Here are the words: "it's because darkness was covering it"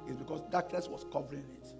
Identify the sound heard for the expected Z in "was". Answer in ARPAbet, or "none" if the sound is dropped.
S